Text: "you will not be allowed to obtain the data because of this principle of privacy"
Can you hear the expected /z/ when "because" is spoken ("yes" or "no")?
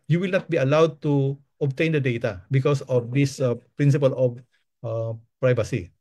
no